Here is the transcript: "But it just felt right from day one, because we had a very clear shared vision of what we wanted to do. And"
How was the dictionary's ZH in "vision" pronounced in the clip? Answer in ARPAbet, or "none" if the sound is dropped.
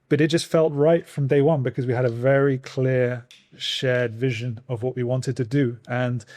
ZH